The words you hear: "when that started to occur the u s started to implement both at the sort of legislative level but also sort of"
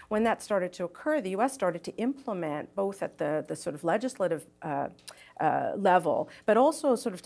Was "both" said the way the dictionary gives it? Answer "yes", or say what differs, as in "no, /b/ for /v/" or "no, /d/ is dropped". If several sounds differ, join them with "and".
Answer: yes